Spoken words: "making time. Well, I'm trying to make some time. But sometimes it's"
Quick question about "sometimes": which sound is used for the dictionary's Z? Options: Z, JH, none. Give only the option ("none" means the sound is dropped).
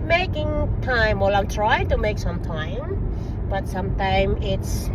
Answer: none